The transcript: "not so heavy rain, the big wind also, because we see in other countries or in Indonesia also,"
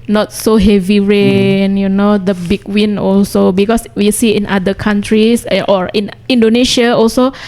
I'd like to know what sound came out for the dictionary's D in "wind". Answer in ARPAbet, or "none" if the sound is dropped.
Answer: none